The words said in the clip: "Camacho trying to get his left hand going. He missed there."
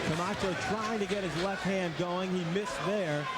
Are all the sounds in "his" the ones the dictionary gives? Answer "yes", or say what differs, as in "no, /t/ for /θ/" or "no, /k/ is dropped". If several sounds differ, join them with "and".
yes